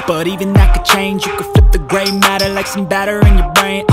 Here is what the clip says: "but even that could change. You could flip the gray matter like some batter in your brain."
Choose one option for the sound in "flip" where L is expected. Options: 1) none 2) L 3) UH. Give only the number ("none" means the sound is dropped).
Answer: 1